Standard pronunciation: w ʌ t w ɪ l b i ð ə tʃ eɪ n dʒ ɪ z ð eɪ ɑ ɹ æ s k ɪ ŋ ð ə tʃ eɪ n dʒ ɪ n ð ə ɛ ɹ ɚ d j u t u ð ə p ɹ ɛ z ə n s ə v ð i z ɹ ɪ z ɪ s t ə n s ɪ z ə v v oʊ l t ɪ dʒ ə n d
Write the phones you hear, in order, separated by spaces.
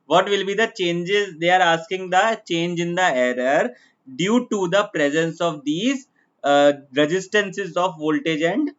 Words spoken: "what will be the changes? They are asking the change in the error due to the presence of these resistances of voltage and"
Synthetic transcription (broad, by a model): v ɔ t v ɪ l b i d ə tʃ eɪ n dʒ ɪ z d eɪ ɑ ɹ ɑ s k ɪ ŋ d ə tʃ eɪ n dʒ ɪ n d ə ɛ ɹ ɚ d j u t u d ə p ɹ ɛ z ə n s ə v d i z ɹ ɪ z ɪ s t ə n s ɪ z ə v v oʊ l t ɪ dʒ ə n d